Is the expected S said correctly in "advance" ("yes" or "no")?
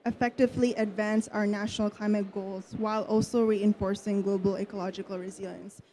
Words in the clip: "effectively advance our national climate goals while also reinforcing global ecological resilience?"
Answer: yes